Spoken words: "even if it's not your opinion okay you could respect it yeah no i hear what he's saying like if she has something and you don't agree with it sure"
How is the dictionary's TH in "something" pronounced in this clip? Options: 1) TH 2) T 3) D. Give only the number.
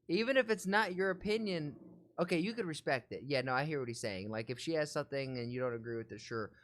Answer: 1